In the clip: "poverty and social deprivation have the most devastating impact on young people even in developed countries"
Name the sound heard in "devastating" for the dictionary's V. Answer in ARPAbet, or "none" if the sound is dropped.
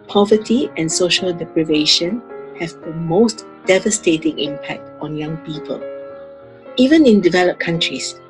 V